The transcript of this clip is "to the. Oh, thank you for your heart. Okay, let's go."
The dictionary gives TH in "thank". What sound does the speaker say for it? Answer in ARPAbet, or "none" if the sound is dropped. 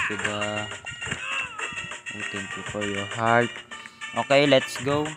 T